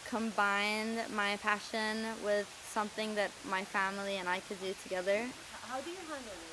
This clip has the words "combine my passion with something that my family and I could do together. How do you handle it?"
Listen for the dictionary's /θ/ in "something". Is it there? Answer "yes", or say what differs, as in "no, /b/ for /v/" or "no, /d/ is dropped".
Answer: yes